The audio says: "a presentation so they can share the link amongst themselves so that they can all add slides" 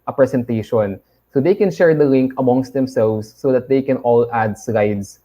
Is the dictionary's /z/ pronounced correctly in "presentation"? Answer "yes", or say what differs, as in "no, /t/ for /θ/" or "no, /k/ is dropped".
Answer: no, /s/ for /z/